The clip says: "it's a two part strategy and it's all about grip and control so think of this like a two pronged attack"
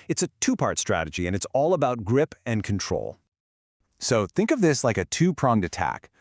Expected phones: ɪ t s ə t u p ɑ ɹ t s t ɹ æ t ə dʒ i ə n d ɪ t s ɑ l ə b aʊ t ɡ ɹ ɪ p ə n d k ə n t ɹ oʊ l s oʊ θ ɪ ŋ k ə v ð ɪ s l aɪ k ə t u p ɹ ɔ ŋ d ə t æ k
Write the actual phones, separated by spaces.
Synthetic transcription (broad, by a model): ɪ t s ə t u p ɑ ɹ t s t ɹ æ t ə dʒ i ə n ɪ t s ɑ l ə b aʊ t ɡ ɹ ɪ p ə n k n t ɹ oʊ l s oʊ θ ɪ ŋ k ə v ð ɪ s l aɪ k ə t u p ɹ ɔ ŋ d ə t æ k